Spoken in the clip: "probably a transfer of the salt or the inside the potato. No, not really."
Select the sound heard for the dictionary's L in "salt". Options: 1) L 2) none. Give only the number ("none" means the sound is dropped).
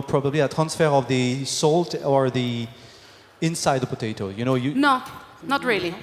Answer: 1